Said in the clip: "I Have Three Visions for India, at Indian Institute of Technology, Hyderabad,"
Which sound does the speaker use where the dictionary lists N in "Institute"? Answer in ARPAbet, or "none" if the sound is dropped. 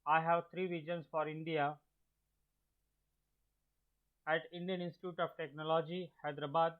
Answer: N